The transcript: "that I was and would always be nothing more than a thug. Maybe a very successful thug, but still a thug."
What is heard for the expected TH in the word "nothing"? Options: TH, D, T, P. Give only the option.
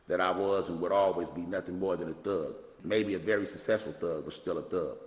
TH